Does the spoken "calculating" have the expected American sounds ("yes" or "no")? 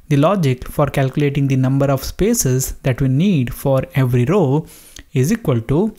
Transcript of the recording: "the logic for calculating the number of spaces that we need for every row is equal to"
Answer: yes